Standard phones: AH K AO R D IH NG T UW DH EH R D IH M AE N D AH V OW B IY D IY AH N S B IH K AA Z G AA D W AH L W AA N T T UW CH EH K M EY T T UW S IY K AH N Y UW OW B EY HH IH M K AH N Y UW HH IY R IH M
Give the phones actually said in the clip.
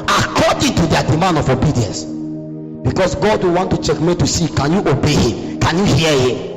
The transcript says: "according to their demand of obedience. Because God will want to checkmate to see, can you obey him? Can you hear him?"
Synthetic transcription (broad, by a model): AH K AO D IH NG T UW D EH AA D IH M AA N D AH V OW B IY D IY AH N S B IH K AA S G AA D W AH W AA N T T UW CH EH K M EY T T UW S IY K AH N Y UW OW B EY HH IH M K AH N Y UW HH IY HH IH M